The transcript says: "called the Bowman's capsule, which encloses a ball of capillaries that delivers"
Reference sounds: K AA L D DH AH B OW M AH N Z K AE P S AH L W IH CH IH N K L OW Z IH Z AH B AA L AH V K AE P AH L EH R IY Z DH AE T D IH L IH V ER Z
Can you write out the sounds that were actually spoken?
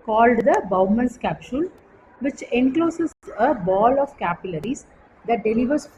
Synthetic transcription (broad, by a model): K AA L D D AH B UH M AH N S K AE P SH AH L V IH CH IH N K L OW S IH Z AH B AA L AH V K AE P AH L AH R IY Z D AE T D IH L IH V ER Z